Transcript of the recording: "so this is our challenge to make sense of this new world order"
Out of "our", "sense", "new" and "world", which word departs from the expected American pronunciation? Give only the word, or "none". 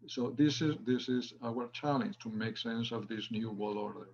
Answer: world